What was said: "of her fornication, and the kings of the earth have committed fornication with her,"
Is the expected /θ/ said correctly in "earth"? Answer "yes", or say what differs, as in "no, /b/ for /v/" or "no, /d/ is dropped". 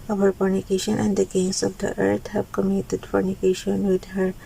no, /t/ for /θ/